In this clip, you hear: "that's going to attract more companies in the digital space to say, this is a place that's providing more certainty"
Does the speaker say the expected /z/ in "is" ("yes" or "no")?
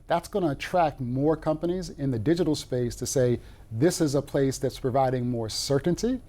yes